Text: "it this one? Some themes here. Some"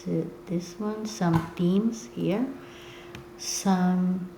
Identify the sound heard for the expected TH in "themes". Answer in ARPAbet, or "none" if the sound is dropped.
T